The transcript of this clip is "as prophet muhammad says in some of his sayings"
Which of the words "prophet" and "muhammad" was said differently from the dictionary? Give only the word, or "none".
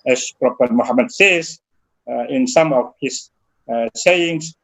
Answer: prophet